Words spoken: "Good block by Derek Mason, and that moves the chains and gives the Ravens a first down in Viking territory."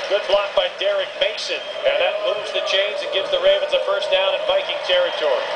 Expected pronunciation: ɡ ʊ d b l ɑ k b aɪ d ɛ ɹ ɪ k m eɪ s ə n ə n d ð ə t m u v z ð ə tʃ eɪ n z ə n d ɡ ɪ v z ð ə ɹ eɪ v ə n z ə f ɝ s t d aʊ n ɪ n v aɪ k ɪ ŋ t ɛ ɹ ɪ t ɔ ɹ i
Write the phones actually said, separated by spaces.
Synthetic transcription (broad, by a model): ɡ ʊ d b l ɑ k b aɪ d ɛ ɹ ɪ k m eɪ s ə n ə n ð ə t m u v z ð ə tʃ eɪ n z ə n ɡ ɪ v z ð ə ɹ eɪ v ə n z ə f ɝ s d aʊ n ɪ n b aɪ k ɪ ŋ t ɛ ɹ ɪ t ɔ ɹ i